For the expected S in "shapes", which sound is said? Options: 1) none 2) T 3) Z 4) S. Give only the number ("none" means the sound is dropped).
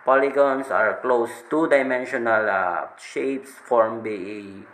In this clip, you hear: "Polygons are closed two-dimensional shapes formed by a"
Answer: 4